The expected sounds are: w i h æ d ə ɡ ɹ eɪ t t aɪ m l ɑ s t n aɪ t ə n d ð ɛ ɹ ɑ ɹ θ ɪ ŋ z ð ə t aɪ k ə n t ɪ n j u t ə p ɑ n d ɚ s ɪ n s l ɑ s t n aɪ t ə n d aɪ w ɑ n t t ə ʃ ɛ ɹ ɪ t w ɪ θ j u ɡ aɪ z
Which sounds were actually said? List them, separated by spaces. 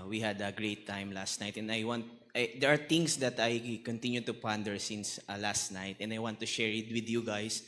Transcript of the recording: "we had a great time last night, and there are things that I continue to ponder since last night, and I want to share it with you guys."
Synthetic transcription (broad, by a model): w i h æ d ə ɡ ɹ eɪ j t aɪ m l ɑ s t n aɪ t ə n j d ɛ ɹ ɑ ɹ t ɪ ŋ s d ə t aɪ k ə n t ɪ n j u t ə p ɑ n d ɚ s ɪ n s l ɑ s t n aɪ t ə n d aɪ w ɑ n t t ə ʃ ɛ ɹ ɪ t w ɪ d j u ɡ aɪ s